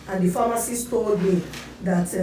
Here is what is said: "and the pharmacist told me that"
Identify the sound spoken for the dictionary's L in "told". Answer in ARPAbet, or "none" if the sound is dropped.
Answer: none